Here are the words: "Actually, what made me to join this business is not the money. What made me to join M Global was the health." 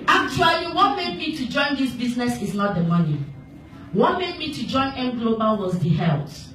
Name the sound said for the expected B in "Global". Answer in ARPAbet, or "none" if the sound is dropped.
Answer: B